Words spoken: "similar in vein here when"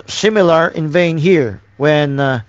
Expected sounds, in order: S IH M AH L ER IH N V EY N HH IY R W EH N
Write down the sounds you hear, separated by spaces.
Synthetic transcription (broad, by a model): S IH M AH L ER IH N V EY N HH IY R W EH N